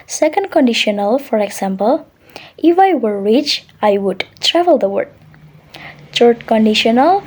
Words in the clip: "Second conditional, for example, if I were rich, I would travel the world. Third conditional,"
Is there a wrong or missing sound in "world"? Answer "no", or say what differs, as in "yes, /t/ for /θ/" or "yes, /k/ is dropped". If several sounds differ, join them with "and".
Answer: yes, /l/ is dropped